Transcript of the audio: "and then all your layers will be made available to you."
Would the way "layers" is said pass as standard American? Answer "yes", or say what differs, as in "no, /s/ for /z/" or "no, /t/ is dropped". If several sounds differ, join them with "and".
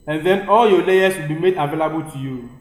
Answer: no, /s/ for /z/